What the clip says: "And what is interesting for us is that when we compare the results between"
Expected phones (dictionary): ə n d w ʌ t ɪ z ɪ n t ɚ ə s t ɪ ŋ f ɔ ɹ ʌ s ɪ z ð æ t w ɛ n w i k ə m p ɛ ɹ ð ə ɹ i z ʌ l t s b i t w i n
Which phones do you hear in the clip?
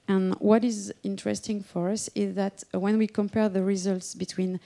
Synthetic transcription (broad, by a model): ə n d w ʌ t ɪ z ɪ n t ɚ ə s t ɪ ŋ f ɔ ɹ ʌ s ɪ z ð æ t w ɛ n w i k ə m p ɛ ɹ ð ə ɹ i z ʌ l t s b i t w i n